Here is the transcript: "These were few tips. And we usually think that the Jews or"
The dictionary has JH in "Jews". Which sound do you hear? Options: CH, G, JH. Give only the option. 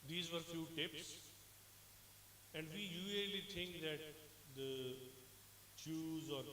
CH